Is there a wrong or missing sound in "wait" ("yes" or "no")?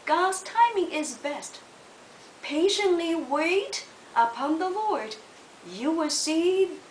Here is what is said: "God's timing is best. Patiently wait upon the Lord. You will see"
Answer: no